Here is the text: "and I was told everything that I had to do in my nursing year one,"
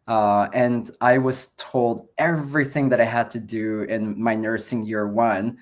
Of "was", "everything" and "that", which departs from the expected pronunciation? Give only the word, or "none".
none